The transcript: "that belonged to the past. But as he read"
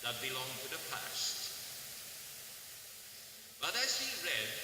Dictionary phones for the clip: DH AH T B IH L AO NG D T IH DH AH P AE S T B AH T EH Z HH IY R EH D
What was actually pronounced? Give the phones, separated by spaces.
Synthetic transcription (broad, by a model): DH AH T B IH L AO NG T IH DH AH P AE S T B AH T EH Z HH IY R EH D